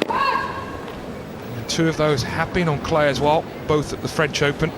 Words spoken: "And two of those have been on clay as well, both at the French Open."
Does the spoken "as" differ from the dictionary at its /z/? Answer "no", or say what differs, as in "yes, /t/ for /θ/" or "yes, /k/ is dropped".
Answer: no